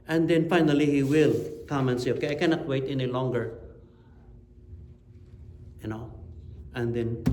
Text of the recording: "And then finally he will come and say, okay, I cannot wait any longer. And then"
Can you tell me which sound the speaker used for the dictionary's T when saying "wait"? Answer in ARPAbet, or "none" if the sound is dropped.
T